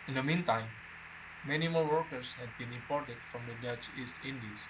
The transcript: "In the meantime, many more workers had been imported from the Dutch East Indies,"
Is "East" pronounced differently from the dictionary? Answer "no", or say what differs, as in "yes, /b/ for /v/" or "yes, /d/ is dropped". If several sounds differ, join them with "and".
no